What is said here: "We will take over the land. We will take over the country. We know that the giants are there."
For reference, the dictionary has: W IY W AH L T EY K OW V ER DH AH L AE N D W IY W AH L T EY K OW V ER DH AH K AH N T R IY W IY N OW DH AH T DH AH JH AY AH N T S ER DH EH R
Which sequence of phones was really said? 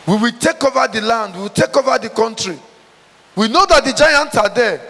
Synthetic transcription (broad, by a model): W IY W AH L T EY K OW V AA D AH L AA N D W IY W AH L T EY K OW V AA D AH K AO N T R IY W IY N OW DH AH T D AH JH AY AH N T AA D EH